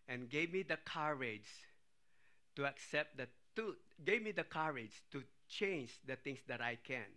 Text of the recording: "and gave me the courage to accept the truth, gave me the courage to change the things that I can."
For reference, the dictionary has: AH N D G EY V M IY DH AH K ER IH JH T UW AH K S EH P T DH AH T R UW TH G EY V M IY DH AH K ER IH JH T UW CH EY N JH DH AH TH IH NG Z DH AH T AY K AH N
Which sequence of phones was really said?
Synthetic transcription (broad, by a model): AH N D G EY V M IY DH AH K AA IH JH T UW AH K S EH P T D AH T UW G EY V M IY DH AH K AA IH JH T UW CH EY N JH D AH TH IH NG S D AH T AY K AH N